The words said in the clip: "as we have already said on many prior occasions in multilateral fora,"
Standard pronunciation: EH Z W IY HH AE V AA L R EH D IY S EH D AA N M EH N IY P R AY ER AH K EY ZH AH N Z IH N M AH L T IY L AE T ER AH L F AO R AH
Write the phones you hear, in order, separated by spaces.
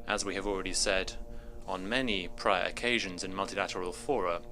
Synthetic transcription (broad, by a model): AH Z W IY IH V AA L R EH D IY S EH D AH N M EH N IY P R AY ER AH K EY ZH AH N Z IH N M AH L T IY L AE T ER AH L F AO R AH